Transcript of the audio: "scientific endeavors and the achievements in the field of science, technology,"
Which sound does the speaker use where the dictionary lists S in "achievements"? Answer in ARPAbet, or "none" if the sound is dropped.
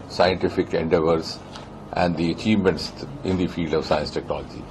S